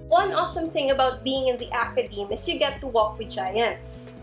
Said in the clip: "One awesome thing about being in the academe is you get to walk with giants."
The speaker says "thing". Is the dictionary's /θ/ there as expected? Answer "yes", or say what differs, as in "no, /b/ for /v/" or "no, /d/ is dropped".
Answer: yes